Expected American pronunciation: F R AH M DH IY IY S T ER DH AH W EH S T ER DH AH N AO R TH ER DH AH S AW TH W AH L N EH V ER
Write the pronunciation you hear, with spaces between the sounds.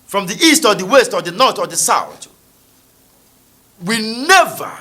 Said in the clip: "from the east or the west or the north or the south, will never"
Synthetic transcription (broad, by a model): F R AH M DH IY IY S T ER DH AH W EH S T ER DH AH N AO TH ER DH AH S AW TH W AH N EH V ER